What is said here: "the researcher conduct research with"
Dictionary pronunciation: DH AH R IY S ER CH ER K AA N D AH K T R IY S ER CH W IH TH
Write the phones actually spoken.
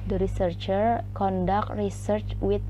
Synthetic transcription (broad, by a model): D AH R IY S ER CH ER K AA N D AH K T R IY S ER CH W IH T